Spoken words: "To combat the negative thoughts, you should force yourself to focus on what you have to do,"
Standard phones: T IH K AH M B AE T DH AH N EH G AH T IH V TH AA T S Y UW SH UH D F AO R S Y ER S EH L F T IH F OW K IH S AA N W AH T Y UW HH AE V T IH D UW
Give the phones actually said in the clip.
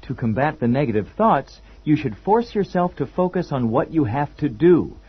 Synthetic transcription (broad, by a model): T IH K AH M B AE T DH AH N EH G AH T IH V TH AA T S Y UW SH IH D F AO R S Y ER S EH L F T IH F OW K IH S N W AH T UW HH AE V T IH D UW